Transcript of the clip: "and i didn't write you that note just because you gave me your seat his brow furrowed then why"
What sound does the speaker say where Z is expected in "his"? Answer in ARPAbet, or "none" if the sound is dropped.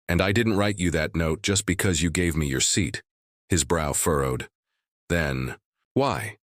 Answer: Z